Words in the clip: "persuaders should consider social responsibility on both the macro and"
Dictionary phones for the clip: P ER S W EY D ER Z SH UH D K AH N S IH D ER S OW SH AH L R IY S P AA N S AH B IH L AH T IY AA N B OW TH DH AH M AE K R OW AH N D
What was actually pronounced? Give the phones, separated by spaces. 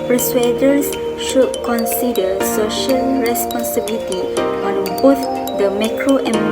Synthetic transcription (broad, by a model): P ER S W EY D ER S SH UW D K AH N S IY D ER S OW SH AH L R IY S P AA N S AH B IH L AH T IY AA N B OW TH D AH M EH K R OW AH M